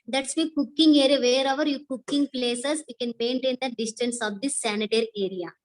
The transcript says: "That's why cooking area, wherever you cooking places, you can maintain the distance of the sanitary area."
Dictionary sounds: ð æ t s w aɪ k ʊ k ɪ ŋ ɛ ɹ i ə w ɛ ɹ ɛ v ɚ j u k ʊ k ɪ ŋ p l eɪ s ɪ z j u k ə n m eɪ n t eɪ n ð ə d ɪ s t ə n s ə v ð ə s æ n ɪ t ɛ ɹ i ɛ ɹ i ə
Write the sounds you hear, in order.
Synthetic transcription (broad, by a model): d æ t s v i k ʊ k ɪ ŋ ɛ ɹ i ə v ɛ ɹ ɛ v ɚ j u k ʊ k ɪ ŋ p l eɪ s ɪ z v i k ə n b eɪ n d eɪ n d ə d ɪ s t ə n s ə v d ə s æ n ɪ t ɛ ɹ i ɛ ɹ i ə